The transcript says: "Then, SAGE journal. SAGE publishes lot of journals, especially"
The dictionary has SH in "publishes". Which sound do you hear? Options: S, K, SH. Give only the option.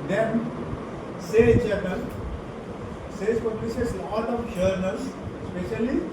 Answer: S